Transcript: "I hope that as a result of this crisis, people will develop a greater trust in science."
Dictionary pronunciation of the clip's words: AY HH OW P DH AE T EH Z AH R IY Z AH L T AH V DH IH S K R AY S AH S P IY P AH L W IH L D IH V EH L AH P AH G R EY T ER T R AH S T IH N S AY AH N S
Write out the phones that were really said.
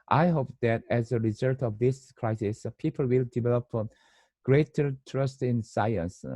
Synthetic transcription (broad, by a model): AY HH OW P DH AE T EH Z AH R IY Z AH L T AH V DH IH S K R AY S AH S P IY P AH L W IH L D IH V EH L AH P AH G R EY T ER T R AH S T IH N S AY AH N S